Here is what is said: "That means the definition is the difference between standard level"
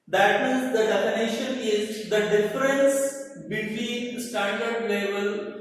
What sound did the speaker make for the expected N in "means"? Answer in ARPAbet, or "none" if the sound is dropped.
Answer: none